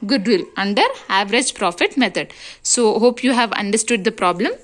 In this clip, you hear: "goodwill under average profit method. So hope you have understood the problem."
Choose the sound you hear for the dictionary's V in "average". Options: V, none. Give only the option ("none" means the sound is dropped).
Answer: V